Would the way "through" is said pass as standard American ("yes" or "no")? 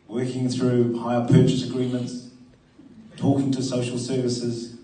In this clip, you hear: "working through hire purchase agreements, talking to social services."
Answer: yes